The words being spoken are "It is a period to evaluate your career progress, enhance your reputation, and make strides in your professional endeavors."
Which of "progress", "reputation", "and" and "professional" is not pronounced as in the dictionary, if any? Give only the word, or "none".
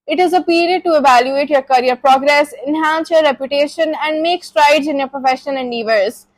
professional